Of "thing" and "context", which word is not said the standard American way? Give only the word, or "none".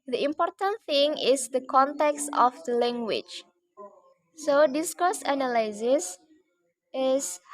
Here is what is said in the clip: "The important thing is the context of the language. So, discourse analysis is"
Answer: none